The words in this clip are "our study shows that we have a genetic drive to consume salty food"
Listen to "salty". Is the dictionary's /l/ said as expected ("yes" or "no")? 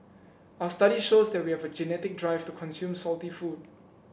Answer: yes